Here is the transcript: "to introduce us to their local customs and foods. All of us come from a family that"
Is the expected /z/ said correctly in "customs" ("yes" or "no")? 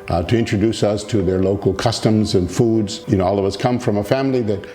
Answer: yes